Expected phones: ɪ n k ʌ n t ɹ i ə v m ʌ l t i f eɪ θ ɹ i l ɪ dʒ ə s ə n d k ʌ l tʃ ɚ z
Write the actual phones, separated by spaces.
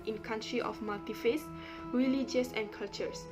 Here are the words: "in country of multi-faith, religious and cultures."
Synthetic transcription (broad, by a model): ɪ n k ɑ n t ɹ i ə f m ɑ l t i f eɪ s ɹ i l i dʒ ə s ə n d k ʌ l tʃ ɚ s